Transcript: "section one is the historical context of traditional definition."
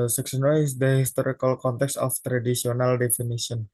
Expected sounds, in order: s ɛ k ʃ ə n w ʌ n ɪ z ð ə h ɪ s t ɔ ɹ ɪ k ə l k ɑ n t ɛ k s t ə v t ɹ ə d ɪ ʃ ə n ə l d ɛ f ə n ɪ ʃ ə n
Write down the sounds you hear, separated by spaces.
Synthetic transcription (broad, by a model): s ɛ k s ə n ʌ ɪ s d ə h ɪ s t ɔ ɹ ɪ k ə l k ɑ n t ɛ k s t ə f t ɹ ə d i s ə n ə l d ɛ f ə n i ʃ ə n